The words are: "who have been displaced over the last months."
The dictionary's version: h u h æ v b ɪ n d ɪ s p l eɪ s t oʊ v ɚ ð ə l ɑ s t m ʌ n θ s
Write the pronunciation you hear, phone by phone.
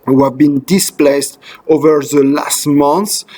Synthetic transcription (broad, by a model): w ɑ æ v b ɪ n d ɪ s p l eɪ s t oʊ v ɚ ð ə l ɑ s t m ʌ n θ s